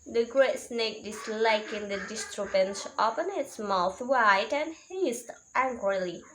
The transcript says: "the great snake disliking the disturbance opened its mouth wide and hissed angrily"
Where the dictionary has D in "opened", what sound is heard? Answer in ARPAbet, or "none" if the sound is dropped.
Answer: none